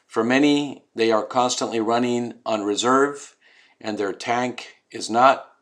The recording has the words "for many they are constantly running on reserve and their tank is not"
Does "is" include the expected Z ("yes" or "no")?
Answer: yes